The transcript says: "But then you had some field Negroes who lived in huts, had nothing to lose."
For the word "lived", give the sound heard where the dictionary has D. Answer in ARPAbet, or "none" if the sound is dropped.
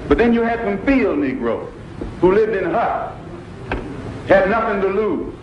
D